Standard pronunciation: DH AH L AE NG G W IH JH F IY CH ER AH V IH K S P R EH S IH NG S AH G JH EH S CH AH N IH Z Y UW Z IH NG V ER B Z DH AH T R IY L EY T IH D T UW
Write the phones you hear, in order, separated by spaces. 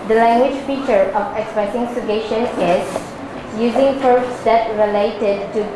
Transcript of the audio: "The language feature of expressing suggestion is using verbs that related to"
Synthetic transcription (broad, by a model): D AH L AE NG G W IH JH F IY CH ER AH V IH K S P R EH S IH NG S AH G EH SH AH N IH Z Y UW Z IH NG F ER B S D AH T R IY L EY T IH D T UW